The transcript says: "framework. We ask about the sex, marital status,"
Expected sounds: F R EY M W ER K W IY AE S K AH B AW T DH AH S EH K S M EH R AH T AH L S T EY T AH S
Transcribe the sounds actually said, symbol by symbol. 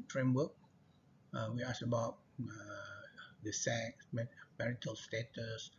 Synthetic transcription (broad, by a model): F R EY M W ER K W IY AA S AH B AW T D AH S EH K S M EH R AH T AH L S T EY T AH S